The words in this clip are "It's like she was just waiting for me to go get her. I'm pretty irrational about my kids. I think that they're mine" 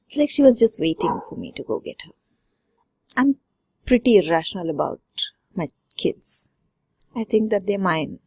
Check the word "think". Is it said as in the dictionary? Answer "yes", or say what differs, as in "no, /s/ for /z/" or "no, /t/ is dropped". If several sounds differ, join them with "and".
no, /t/ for /θ/